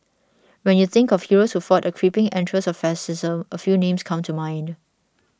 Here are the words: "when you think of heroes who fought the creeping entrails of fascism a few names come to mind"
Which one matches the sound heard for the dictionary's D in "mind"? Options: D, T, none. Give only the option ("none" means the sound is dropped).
D